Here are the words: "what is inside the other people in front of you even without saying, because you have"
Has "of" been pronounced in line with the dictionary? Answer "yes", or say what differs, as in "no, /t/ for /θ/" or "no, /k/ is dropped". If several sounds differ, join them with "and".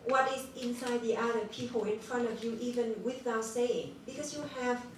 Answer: yes